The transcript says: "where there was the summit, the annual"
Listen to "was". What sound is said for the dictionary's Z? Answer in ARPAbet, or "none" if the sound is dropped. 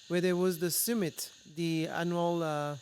Z